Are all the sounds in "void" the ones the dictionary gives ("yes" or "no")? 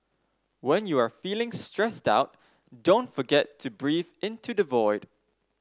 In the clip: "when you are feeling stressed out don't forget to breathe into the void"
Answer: yes